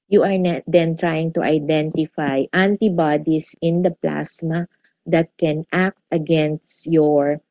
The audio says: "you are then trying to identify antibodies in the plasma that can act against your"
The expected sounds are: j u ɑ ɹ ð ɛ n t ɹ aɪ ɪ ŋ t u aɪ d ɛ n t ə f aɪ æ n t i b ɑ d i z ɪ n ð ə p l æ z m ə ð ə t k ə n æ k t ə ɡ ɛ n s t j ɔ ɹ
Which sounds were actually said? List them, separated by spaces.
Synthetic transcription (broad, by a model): j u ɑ ɹ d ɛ n t ɹ aɪ ɪ ŋ t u aɪ d ɛ n t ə f aɪ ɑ n t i b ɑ d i s ɪ n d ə p l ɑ s m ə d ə t k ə n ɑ k t ə ɡ ɛ n s t j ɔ ɹ